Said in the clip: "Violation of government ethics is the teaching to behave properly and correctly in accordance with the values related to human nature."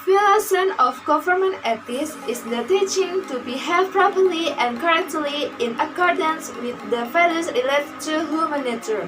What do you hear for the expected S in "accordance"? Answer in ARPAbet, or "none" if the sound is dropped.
S